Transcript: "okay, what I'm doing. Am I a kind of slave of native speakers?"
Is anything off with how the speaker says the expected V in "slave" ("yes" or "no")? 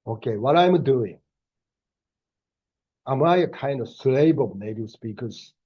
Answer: yes